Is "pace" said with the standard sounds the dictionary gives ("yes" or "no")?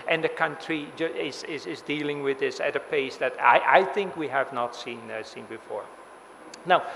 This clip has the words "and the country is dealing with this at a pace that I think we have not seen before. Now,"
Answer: yes